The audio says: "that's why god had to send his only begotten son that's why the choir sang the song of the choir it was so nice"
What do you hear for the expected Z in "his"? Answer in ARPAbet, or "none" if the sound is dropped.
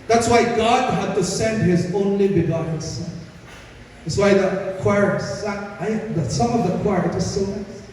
Z